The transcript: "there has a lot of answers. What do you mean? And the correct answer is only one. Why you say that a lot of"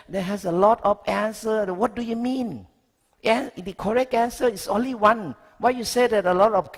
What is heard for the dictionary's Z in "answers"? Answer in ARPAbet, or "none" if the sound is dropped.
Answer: none